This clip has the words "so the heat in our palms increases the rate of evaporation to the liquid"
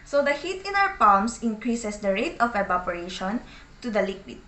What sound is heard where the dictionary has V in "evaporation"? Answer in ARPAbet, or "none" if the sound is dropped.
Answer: B